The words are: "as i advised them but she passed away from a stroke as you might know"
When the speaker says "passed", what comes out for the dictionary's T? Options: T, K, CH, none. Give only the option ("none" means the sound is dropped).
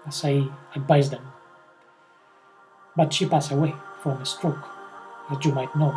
none